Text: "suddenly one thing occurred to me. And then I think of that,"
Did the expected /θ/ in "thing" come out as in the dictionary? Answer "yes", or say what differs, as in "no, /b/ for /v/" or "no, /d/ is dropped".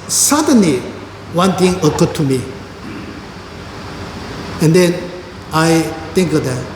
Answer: no, /t/ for /θ/